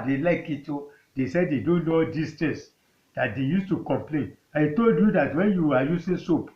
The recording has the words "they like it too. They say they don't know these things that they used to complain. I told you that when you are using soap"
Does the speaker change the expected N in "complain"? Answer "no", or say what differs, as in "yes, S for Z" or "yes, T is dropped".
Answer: no